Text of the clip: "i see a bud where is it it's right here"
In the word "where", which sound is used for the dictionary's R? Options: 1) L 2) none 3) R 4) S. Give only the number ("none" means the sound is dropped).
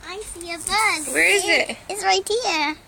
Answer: 3